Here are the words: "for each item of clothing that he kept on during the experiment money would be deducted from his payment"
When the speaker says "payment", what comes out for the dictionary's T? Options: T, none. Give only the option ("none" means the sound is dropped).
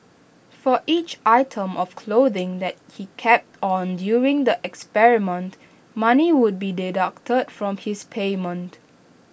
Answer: T